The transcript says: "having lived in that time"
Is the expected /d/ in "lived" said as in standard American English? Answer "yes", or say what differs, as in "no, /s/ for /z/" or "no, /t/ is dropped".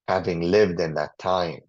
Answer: yes